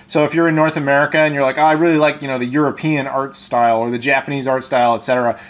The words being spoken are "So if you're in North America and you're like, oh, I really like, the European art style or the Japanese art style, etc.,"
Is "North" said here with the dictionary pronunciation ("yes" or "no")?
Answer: yes